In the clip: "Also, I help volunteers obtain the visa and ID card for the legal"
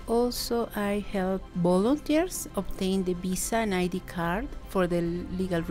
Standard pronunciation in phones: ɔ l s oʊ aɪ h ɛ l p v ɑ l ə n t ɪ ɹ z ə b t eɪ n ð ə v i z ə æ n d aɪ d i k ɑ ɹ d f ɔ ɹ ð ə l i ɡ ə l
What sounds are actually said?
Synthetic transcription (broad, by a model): ɔ l s oʊ aɪ h ɛ l p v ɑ l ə n t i ɹ s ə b t eɪ n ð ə b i s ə n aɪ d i k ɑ ɹ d f ɔ ɹ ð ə l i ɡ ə l